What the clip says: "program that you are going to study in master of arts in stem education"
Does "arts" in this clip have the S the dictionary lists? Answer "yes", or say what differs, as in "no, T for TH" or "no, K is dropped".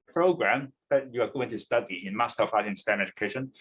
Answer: no, S is dropped